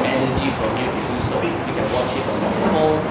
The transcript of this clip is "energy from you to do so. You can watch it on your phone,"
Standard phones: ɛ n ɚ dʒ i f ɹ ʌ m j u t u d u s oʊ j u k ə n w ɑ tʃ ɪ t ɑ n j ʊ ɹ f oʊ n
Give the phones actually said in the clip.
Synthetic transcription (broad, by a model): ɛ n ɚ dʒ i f ɹ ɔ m j u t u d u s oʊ j u k ə n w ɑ ʃ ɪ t ɑ n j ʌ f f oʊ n